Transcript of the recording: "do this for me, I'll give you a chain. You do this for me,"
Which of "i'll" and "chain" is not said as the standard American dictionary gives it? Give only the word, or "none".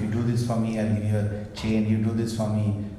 i'll